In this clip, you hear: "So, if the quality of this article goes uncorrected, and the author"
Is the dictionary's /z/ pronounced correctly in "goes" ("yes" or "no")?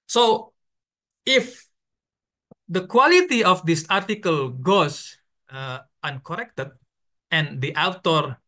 no